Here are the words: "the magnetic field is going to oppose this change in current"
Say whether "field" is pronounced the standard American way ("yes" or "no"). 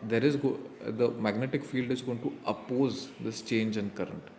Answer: yes